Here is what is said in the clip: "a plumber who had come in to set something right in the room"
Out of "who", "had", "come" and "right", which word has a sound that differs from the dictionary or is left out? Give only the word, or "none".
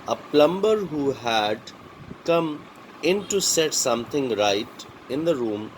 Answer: none